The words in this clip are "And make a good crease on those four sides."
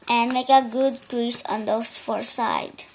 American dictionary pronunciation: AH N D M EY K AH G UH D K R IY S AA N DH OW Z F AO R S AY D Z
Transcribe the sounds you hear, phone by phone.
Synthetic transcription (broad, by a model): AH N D M EY K AH G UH D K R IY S AA N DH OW S F AO R S AY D